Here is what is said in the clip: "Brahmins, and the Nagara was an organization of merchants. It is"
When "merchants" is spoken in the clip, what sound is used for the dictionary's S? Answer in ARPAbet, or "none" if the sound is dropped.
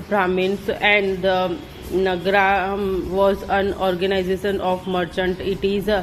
none